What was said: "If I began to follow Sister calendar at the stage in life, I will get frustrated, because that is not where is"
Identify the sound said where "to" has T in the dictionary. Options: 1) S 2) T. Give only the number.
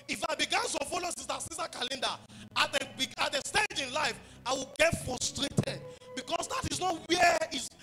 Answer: 1